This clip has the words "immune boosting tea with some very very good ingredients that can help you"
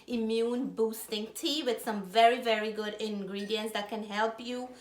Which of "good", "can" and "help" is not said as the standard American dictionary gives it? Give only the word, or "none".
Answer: none